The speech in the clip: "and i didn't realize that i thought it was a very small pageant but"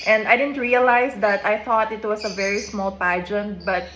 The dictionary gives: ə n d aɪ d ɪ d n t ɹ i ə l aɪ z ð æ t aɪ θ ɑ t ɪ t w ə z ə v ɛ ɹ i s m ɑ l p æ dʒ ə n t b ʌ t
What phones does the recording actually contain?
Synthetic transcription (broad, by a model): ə n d aɪ d ɪ d n t ɹ i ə l aɪ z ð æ t aɪ θ ɑ t ɪ t w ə s ə v ɛ ɹ i s m ɑ l p æ dʒ ə n t b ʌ t